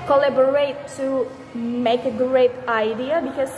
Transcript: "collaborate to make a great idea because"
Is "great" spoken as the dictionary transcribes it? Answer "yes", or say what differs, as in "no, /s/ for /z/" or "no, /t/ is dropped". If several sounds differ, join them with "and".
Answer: yes